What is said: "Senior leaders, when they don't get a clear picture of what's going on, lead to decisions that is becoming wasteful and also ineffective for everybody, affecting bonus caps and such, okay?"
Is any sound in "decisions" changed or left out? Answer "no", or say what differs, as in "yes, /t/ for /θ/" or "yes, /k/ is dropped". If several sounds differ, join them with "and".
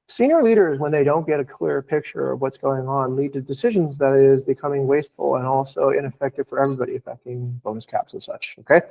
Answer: no